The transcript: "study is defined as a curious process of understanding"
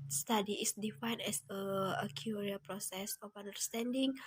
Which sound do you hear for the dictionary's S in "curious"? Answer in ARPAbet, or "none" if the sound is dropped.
none